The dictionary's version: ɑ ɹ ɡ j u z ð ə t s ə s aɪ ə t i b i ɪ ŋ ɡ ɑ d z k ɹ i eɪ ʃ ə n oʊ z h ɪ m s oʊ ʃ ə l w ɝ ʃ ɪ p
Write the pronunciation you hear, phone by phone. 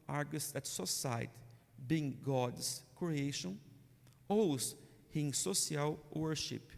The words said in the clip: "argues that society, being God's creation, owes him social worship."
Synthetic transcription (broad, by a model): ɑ ɹ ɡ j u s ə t s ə s aɪ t b i ɪ ŋ ɡ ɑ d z k ɹ i eɪ ʃ ə n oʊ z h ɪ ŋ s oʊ s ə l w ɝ ʃ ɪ p